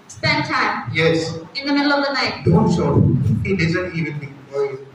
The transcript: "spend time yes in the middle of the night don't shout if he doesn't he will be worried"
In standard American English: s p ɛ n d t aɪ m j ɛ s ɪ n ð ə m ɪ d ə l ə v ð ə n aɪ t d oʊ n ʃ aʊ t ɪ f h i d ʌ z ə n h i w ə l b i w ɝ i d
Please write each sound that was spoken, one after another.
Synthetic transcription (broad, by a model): s p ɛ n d t aɪ m j ɛ s ɪ n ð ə m ɪ d ə l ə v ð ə n aɪ t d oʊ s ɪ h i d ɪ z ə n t i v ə n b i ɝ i